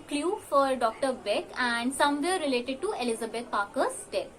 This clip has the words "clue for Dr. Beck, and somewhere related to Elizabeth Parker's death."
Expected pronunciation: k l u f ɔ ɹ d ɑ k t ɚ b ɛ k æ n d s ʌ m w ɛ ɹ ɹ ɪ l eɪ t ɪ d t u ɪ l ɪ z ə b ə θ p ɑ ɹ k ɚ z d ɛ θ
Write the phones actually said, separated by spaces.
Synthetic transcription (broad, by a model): k l u f ɔ ɹ d ɑ k t ɚ b ɛ k æ n d s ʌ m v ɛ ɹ ɹ ɪ l eɪ t ɪ d t u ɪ l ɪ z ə b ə t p ɑ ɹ k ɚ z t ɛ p